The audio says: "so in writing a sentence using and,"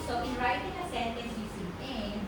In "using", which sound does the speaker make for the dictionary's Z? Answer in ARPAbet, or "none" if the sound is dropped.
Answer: S